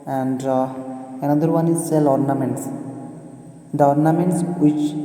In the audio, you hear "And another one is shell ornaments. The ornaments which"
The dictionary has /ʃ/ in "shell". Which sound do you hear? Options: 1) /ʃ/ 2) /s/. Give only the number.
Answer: 2